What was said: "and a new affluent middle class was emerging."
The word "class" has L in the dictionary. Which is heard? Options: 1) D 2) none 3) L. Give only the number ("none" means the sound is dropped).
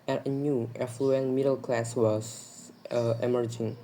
3